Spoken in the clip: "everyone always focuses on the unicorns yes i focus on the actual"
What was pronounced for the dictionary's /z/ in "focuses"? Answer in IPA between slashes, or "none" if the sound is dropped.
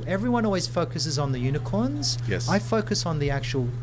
/z/